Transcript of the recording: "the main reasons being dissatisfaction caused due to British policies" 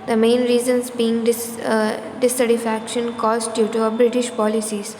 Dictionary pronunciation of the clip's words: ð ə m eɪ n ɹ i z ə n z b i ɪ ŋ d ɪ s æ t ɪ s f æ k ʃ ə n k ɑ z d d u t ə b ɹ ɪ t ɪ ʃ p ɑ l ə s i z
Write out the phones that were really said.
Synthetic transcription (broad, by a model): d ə m eɪ n ɹ i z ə n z b i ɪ ŋ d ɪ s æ s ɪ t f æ k ʃ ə n k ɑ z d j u t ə b ɹ ɪ t ɪ ʃ p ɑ l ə s i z